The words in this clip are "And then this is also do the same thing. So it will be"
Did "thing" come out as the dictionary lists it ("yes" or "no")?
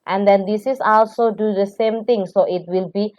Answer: no